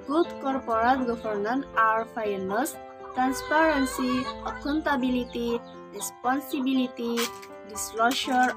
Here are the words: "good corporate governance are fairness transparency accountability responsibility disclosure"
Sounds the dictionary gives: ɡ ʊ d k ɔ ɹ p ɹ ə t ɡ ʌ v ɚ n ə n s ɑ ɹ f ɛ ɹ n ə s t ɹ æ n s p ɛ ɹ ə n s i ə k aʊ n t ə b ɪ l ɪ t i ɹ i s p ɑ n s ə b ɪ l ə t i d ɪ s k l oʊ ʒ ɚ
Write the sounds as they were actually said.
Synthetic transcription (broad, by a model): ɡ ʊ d k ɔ ɹ p ɹ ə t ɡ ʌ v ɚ n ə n ɑ ɹ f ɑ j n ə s t ɹ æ n s p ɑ ɹ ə n s i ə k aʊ n t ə b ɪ l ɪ t i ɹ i s p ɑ n s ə b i l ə t i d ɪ s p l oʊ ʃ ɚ